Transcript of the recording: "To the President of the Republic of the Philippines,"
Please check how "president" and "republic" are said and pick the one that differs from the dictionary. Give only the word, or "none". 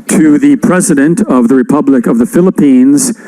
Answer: none